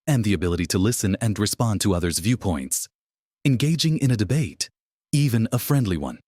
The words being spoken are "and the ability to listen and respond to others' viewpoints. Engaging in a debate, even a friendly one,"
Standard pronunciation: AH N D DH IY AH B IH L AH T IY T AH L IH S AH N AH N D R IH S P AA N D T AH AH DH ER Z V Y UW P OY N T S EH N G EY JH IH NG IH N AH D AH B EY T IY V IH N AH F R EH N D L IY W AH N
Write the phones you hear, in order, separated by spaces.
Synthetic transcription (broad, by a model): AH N DH IY AH B IH L AH T IY T AH L IH S AH N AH N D R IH S P AA N T AH AH DH ER Z V Y UW P OY N T S EH N G EY JH IH NG IH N AH D AH B EY T IY V IH N AH F R EH N D L IY W AH N